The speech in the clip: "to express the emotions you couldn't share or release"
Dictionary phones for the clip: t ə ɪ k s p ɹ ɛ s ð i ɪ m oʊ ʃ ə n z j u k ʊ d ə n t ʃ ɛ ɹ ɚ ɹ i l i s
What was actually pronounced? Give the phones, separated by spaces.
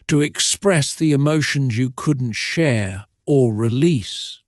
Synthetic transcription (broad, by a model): t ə ɪ k s p ɹ ɛ s ð i ɪ m oʊ ʃ ə n z j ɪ k ʊ d n t ʃ ɛ ɹ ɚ ɹ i l i s